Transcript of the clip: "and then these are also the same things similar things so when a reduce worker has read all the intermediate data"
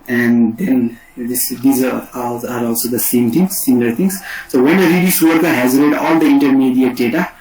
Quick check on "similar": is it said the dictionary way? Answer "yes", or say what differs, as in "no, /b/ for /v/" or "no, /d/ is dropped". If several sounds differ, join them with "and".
no, /n/ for /l/